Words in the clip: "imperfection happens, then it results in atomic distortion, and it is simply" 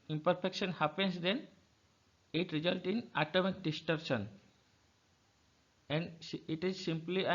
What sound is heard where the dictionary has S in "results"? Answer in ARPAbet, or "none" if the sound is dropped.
none